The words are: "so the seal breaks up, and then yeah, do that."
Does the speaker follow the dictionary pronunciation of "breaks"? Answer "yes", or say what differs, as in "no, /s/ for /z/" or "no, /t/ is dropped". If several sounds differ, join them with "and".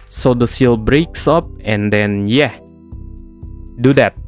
yes